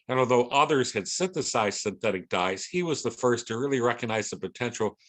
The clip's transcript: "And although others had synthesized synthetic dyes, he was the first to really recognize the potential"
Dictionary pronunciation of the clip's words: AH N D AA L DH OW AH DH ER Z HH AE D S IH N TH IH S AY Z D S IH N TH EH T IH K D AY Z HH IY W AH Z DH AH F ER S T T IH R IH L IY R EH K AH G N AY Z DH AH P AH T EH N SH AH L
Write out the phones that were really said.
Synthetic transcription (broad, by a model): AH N AA L DH OW AH DH ER Z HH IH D S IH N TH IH S AY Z S IH N TH EH T IH K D AY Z HH IY W AH Z DH AH F ER S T T IH R IH L IY R EH K AH G N AY Z DH AH P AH T EH N SH L